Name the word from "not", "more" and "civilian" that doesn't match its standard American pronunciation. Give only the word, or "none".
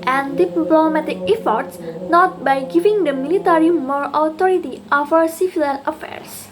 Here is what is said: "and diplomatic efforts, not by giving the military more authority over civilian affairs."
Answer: civilian